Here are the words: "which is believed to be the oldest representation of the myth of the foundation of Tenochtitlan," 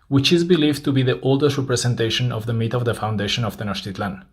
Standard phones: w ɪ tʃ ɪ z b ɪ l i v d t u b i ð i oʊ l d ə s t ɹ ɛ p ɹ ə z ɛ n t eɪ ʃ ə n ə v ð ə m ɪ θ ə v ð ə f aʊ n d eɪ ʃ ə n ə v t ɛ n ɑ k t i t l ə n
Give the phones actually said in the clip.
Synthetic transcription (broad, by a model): w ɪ tʃ ɪ z b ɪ l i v t u b i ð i oʊ l d ə s t ɹ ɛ p ɹ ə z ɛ n t eɪ ʃ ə n ə v ð ə m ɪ t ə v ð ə f aʊ n d eɪ ʃ ə n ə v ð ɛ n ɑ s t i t l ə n